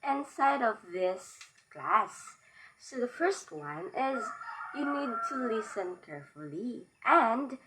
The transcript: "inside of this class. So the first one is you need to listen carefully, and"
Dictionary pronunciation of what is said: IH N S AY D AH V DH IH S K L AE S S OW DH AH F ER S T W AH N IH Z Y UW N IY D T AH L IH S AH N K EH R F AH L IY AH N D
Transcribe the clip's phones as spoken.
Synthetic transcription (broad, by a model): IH N S AY D AH V DH IH S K L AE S S OW DH AH F ER S T W AH N IH Z Y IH N IY D T AH L IH S AH N K EH R F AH L IY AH N D